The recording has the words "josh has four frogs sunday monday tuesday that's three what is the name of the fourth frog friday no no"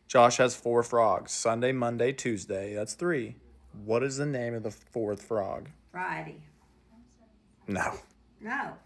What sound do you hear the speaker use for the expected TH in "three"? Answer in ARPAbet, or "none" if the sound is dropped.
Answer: TH